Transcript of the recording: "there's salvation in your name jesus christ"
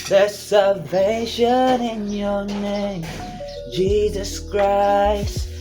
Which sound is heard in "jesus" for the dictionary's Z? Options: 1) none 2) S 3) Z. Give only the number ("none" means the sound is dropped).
3